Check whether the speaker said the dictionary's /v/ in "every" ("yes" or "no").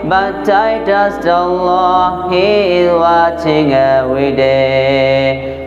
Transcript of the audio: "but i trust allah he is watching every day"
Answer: no